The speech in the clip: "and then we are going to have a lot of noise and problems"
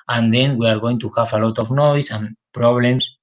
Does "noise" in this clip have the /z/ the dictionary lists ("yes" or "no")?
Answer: no